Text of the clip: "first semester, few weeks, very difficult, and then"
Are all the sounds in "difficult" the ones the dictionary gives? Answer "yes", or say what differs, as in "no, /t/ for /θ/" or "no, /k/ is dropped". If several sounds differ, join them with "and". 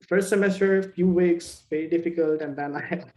yes